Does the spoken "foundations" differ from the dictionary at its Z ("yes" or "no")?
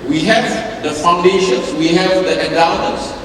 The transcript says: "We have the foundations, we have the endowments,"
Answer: yes